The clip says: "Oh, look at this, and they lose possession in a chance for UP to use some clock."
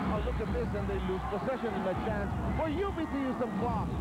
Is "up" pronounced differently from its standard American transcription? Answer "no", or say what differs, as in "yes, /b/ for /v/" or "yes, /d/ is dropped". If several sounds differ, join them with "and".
yes, /b/ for /p/